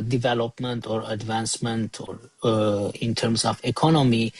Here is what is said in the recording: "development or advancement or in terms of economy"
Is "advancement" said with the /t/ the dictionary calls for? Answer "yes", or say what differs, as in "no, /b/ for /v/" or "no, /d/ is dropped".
yes